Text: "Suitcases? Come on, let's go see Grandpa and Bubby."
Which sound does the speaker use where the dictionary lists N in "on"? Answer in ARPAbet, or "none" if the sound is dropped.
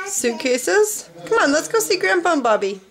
N